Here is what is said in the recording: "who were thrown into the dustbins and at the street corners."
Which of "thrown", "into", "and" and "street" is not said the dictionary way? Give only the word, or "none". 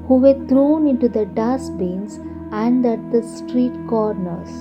thrown